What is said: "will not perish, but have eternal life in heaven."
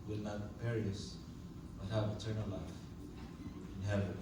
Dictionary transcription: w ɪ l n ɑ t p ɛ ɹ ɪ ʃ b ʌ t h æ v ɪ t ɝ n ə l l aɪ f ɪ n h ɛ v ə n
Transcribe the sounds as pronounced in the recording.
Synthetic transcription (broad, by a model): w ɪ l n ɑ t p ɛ ɹ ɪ s b ʌ t h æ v ɪ t ɝ n ə l l aɪ f ɪ n h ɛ v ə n